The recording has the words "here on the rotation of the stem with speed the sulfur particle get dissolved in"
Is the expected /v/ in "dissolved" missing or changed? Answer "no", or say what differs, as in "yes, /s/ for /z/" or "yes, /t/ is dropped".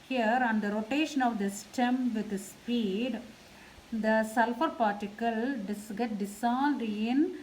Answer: yes, /v/ is dropped